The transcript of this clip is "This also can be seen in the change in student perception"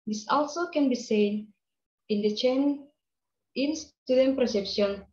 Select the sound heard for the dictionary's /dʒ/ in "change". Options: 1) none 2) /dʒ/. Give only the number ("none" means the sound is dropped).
1